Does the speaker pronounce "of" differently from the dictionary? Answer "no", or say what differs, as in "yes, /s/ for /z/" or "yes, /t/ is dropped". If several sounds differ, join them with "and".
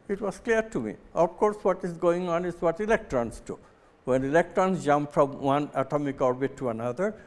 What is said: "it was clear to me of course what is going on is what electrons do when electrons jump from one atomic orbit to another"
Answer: yes, /f/ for /v/